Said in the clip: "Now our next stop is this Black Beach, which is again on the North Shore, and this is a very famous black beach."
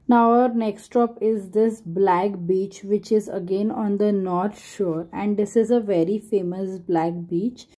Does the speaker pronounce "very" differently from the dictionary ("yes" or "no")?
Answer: no